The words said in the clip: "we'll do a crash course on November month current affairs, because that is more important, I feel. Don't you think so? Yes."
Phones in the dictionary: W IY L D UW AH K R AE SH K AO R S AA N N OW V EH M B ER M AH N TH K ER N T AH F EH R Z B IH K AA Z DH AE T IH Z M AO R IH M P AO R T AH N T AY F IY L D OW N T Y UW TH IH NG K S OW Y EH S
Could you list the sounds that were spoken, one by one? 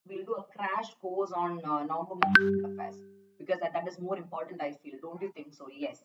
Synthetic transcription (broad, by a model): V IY L D UW AH K R AE SH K AO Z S AA N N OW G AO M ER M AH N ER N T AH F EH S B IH K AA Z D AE T IH Z M AO R IH M P AO R T AH N T AY F IY L D OW N T Y UW T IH NG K S OW Y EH S